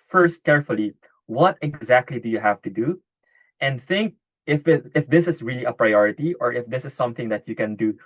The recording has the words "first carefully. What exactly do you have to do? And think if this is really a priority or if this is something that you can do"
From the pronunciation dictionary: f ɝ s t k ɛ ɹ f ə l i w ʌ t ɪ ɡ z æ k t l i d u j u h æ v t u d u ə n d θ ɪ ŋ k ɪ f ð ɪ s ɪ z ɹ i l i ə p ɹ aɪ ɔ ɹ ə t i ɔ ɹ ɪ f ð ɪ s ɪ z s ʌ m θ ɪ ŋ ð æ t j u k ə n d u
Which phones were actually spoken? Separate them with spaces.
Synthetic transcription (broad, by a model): f ɝ s t k ɛ ɹ f ə l i w ʌ t ɪ ɡ z æ k t l i d u j u h æ v t u d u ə n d θ ɪ ŋ k ɪ f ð ɪ s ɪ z ɹ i l i ə p ɹ aɪ ɔ ɹ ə t i ɔ ɹ ɪ f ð ɪ s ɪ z s ʌ m θ ɪ ŋ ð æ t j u k ə n d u